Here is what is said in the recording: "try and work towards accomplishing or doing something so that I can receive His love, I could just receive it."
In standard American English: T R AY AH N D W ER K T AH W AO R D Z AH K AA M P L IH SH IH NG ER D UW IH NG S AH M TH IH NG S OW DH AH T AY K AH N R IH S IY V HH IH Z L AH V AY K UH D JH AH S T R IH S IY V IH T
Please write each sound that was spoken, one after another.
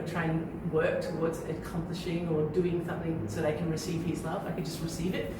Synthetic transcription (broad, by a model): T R AY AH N W ER K T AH W AO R D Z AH K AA M P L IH SH IH NG ER D UW IH NG S AH M TH IH NG S OW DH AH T AY K AH N R IH S IY V HH IH Z L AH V AY K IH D JH AH S T R IH S IY V IH T